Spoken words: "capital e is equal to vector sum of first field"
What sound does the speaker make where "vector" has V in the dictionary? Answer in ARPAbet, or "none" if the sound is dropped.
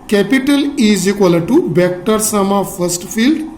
B